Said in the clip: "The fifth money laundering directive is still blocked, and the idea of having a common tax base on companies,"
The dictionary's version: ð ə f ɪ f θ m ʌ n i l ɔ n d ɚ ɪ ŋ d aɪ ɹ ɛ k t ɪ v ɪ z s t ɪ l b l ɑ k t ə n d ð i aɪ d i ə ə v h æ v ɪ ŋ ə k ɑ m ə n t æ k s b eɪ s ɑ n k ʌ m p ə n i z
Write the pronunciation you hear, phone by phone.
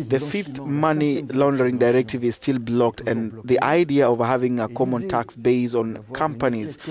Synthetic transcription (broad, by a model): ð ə f ɪ f θ m ʌ n i l ɔ n d ɚ ɪ ŋ d aɪ ɹ ɛ k t ɪ v ɪ z s t ɪ l b l ɑ k t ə n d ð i aɪ d i ə ə v h æ v ɪ ŋ ə k ɑ m ə n t æ k s b eɪ s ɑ n k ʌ m p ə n i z